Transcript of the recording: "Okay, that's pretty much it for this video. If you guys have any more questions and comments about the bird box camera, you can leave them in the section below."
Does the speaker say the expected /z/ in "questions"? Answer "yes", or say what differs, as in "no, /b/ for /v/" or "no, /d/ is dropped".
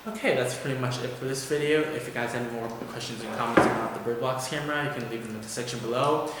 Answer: yes